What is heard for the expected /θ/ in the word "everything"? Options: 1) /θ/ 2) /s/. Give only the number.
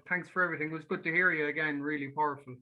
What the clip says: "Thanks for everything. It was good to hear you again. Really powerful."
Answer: 1